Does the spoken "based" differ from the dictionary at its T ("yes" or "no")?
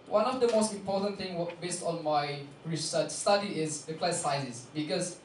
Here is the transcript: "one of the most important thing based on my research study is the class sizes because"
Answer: no